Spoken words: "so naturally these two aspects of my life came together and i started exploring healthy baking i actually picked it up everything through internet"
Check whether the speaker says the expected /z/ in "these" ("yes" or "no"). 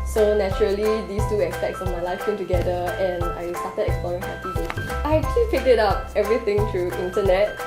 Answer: no